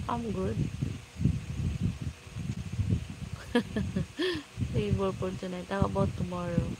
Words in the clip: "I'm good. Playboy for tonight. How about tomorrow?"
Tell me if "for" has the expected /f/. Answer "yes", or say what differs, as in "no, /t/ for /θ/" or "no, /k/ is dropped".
no, /p/ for /f/